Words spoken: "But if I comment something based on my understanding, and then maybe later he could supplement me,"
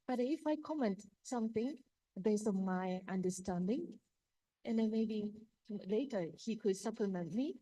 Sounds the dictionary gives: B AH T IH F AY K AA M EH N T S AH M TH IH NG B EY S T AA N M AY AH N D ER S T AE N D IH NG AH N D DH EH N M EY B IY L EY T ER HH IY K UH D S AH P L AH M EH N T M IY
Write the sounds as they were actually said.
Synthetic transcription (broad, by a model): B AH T IH F AY K AA M EH N T S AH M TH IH NG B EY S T AA N M AY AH N D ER S T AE N D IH NG AH N D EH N M EY B IY L EY T ER HH IY K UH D S AH P L AH M EH N T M IY